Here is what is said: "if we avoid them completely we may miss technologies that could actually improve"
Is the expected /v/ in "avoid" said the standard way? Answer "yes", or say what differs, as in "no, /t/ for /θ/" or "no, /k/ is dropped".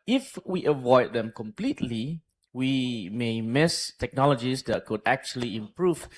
yes